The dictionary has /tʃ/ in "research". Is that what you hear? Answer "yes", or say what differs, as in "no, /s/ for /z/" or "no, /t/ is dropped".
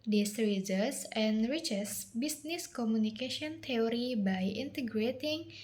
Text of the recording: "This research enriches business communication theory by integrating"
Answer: no, /s/ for /tʃ/